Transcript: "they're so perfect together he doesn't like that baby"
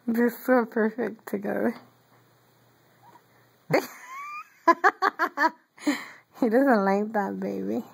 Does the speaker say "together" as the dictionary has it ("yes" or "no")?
no